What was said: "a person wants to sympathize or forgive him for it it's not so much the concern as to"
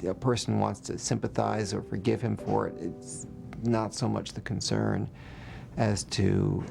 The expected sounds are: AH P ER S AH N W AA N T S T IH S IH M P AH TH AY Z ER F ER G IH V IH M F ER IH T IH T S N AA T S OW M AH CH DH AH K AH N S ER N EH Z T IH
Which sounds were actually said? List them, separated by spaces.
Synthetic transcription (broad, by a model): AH P ER S N W AA N T S T IH S IH M P AH TH AY Z ER F ER G IH V IH M F ER IH T IH T S N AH T S OW M AH CH DH AH K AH N S ER N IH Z T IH